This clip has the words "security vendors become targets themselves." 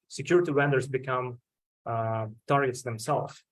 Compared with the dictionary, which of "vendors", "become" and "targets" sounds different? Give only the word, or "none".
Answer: vendors